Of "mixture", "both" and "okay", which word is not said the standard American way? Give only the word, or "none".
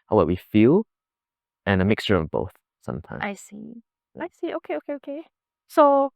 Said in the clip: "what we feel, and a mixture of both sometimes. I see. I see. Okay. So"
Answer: none